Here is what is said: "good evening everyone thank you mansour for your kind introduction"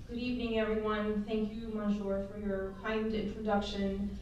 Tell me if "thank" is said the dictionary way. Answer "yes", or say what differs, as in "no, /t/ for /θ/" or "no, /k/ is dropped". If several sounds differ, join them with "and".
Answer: yes